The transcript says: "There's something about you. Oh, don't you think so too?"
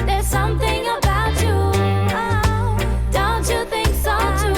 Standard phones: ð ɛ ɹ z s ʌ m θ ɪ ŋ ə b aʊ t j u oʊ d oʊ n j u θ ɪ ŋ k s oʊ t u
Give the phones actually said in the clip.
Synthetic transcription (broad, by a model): ð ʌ ɹ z s ʌ m θ ɪ ŋ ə b aʊ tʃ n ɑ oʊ d oʊ n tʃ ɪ θ ɪ ŋ k s oʊ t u